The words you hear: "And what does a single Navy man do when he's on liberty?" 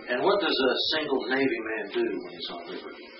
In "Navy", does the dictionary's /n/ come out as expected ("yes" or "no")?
yes